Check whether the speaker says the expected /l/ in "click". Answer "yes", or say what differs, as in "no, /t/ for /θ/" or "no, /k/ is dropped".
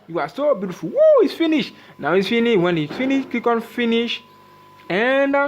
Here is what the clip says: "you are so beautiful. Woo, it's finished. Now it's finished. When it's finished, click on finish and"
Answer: no, /l/ is dropped